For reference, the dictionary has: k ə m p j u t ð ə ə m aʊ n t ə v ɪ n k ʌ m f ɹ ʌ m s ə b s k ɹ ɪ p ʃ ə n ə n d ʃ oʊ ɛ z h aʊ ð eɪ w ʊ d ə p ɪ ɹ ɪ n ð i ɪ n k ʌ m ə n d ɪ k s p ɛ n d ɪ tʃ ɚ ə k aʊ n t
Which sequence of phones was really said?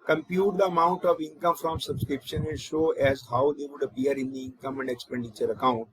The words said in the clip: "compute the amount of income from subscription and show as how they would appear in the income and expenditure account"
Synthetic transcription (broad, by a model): k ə m p j u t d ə ə m aʊ n t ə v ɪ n k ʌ m f ɹ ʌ m s ə b s k ɹ ɪ p ʃ ə n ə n ʃ oʊ ɛ z h aʊ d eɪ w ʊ d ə p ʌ ɹ ɪ n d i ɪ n k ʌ m ə n d ɪ k s p ɛ n d ɪ tʃ ɚ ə k aʊ n t